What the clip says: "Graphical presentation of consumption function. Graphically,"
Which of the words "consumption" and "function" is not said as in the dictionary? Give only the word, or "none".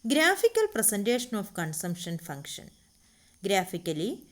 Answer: none